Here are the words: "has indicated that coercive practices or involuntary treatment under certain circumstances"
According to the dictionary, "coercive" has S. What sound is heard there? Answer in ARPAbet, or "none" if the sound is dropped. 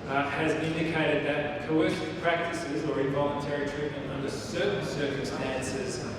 SH